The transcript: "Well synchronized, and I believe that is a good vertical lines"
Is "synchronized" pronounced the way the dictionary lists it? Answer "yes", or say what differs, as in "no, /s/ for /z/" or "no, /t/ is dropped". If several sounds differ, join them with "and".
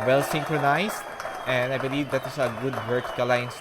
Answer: no, /s/ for /z/